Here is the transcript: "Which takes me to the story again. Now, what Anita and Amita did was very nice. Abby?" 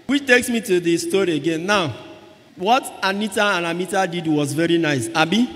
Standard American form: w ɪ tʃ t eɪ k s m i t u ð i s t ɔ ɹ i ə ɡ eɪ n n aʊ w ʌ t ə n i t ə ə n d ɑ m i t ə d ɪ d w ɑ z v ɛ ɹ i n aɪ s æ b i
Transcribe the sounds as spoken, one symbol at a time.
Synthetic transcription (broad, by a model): w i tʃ t eɪ k s m i t u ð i s t ɔ ɹ i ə ɡ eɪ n n aʊ w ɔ t ə n i t ə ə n ɑ m i t ə d ɪ d w ɑ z v ɛ ɹ i n aɪ s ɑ b i